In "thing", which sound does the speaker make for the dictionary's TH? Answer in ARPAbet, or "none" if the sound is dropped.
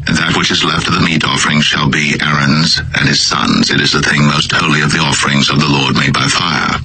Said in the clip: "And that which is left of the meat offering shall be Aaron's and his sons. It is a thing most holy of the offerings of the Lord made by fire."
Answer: TH